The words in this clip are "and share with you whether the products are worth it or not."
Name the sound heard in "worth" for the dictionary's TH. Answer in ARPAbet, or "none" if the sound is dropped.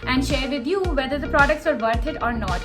T